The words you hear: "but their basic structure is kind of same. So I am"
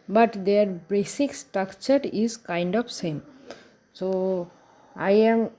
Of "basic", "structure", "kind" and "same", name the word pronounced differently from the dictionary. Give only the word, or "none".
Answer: structure